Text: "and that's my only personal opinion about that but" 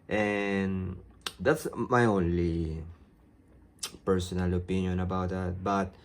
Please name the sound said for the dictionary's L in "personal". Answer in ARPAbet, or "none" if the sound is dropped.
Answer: L